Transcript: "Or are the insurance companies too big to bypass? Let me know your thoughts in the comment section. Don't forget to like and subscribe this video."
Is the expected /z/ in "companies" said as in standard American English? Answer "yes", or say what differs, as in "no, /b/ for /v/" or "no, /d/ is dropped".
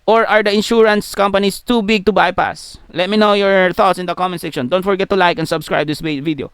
no, /s/ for /z/